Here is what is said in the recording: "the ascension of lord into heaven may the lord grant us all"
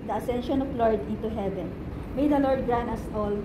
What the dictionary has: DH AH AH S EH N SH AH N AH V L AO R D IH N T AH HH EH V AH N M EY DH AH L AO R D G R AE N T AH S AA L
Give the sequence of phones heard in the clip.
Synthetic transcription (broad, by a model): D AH AH S EH N SH AH N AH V L AO R D IH N T AH HH EH V AH N M EY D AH L AO R D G R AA N AH S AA L